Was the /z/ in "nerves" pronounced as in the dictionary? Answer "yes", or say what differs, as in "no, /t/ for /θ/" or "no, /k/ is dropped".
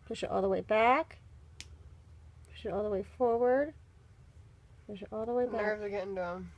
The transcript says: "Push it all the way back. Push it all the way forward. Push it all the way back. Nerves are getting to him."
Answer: no, /z/ is dropped